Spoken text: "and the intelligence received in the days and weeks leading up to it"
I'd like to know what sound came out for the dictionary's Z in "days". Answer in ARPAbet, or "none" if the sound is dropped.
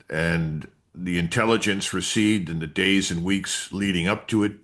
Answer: Z